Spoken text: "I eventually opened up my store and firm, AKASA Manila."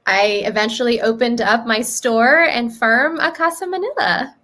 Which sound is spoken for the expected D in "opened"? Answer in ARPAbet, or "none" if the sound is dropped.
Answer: D